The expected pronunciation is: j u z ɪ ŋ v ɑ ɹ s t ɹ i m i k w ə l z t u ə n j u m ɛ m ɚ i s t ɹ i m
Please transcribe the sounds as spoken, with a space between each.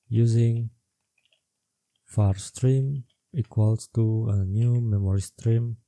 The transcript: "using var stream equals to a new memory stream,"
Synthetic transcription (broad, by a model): j u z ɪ ŋ f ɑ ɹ s t ɹ i m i k w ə l s t u ə n j u m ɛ m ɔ i s t ɹ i m